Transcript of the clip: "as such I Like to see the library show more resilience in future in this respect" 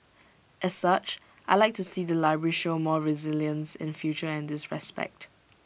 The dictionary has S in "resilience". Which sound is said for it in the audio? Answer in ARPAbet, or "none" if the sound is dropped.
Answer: S